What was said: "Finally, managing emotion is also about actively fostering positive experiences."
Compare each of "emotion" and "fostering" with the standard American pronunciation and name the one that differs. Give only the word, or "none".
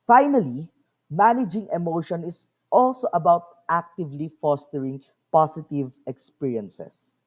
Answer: none